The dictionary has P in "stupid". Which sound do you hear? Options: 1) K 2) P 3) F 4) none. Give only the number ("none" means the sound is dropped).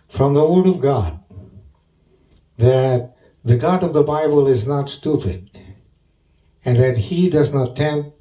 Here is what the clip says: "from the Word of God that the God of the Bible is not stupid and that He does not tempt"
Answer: 2